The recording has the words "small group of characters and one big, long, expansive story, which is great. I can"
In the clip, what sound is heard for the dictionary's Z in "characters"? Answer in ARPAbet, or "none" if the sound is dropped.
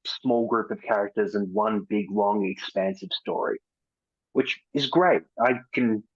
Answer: Z